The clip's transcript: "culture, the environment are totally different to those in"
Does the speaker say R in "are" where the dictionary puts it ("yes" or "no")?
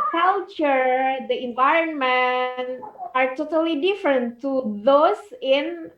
yes